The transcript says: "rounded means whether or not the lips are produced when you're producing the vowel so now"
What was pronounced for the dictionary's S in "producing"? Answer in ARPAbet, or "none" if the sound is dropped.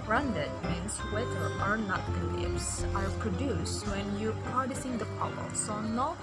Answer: S